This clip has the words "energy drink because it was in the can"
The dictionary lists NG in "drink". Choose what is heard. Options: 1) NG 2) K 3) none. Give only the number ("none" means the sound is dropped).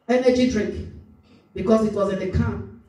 3